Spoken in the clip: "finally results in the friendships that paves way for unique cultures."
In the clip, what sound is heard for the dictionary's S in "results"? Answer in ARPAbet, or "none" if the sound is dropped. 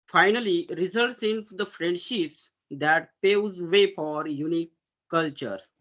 S